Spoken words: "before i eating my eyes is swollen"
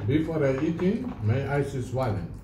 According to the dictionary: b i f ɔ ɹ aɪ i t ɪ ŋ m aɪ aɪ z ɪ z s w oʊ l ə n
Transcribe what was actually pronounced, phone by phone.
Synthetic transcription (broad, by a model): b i f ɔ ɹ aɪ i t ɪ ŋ m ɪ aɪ s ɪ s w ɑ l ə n